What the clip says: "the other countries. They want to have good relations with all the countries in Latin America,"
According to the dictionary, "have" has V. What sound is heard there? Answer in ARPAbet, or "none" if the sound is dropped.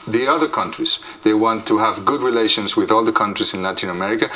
V